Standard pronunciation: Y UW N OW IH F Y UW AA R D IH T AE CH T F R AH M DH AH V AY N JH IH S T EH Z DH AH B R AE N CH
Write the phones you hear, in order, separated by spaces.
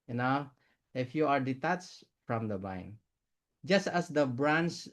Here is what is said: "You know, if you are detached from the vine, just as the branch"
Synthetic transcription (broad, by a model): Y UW N OW IH F Y UW AA R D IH T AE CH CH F R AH M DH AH B AY N JH IH S T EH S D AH B R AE N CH